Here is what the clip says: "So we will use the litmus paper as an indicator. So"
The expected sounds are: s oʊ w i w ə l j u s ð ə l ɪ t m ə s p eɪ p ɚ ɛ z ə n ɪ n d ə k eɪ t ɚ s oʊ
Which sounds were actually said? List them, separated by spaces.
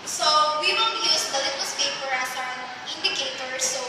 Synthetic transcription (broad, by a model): s oʊ w i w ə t j u s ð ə l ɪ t ə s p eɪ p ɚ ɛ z ə n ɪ n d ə k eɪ t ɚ s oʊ